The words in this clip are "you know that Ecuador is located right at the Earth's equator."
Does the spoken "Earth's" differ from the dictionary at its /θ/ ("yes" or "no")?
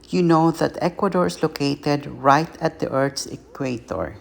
yes